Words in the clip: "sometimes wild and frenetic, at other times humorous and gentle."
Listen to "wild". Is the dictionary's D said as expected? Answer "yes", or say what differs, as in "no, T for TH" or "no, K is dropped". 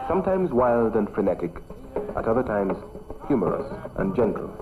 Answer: yes